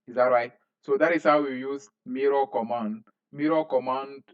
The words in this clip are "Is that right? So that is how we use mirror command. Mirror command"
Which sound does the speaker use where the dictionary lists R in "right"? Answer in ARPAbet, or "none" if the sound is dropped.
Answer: R